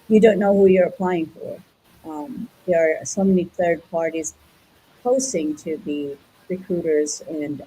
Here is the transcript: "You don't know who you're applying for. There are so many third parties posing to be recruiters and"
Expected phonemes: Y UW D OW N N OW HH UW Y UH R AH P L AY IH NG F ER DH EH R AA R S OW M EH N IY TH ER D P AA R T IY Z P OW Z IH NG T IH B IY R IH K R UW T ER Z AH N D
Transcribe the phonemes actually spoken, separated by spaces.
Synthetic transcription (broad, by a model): Y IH D OW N N OW HH UW Y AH R AH P L AY IH NG F ER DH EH R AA R S OW M EH N IY TH ER D P AA R T IY Z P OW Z IH NG T IH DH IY R IH K R UW T ER Z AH N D